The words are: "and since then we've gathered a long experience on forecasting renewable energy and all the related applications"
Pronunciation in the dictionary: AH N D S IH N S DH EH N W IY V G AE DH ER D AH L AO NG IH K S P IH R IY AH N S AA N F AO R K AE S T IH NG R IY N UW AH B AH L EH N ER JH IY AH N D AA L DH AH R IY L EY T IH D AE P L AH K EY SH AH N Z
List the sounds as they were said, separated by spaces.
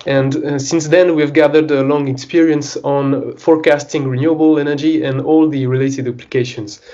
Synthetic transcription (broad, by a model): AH N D S IH N S DH EH N W IY V G AE DH ER D AH L AO NG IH K S P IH R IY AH N S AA N F AO R K AE S T IH NG R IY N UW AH B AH L EH N ER JH IY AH N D AA L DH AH R IY L EY T IH D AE P L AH K EY SH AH N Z